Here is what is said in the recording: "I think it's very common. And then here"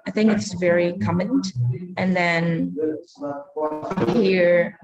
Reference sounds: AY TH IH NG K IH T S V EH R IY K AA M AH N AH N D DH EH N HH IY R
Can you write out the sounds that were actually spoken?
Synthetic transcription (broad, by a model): AY TH IH NG K IH T S V EH R IY K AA M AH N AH N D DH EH N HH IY R